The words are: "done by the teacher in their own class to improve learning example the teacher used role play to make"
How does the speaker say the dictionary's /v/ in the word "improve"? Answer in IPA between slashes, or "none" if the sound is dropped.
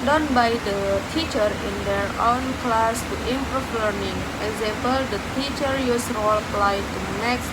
/f/